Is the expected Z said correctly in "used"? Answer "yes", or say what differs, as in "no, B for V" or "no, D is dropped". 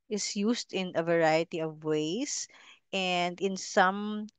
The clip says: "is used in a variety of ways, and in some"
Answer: no, S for Z